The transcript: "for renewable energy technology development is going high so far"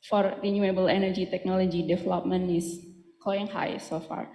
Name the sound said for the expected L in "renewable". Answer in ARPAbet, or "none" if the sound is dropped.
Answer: L